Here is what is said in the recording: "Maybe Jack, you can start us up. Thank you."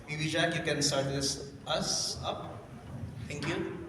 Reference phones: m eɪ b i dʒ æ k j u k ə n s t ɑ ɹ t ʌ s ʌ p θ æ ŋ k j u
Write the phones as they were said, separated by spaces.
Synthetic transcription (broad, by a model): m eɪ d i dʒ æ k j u k ə n s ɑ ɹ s ʌ s ʌ p t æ ŋ k j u